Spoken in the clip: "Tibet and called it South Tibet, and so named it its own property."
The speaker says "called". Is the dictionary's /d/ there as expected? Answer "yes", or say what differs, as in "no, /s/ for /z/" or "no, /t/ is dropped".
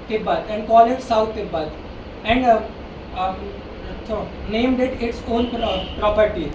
no, /d/ is dropped